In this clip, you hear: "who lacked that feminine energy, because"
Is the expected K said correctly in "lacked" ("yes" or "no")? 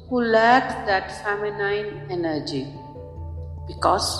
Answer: no